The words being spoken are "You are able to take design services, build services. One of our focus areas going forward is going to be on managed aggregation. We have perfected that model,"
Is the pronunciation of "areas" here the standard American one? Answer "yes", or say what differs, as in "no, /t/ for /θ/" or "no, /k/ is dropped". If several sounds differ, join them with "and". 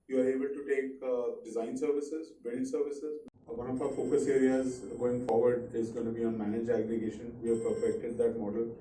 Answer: yes